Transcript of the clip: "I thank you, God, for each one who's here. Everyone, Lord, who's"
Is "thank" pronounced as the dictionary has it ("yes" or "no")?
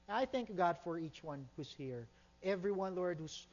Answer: yes